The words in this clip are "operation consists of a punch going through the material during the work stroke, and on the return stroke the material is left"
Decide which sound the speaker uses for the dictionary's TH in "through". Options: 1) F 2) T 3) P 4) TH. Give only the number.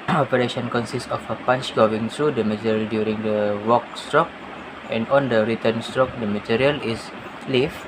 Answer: 2